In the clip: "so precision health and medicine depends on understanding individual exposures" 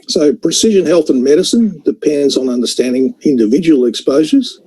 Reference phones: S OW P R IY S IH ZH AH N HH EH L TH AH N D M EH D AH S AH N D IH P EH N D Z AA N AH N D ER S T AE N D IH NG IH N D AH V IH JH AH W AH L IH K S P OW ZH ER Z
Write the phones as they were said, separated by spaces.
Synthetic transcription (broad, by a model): S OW P R IY S IH ZH AH N HH EH L TH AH N M EH D AH S AH N D IH P EH N D Z N AH N D ER S T AE N D IH NG IH N D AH V IH JH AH W L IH K S P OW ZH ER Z